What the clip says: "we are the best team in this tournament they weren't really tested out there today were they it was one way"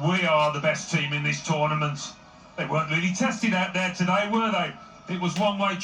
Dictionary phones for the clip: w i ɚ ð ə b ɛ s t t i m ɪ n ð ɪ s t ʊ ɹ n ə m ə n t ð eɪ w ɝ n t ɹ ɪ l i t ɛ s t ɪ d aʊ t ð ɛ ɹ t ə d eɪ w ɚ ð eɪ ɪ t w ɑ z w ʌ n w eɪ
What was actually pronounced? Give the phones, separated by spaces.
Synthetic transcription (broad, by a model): w i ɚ ð ə b ɛ s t t i m ɪ n ð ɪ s t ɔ ɹ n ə m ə n t ð eɪ w ɝ n t ɹ ɪ l i t ɛ s t ɪ d aʊ t ð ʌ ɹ t ə d eɪ w ɚ ð eɪ ɪ t w ɑ z w ʌ n w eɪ